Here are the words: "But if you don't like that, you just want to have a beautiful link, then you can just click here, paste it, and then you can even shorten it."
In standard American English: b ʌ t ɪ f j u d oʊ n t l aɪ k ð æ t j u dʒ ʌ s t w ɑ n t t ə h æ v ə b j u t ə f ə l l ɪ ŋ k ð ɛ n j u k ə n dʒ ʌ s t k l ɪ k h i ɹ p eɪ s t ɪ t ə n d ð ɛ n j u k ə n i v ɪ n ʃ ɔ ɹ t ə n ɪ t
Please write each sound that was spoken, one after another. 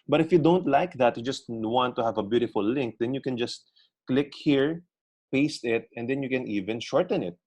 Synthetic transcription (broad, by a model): b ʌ t ɪ f j u d oʊ n t l aɪ k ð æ t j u dʒ ʌ s t w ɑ n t t ə h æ v ə b j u t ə f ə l l ɪ ŋ k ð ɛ n j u k ə n dʒ ʌ s t k l ɪ k h i ɹ p eɪ s t ɪ t ə n d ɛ n j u k ə n i v ɪ n ʃ ɔ ɹ t ə n ɪ t